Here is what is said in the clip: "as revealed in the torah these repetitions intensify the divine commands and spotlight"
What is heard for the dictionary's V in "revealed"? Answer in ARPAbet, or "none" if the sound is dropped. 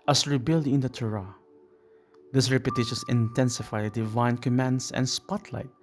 B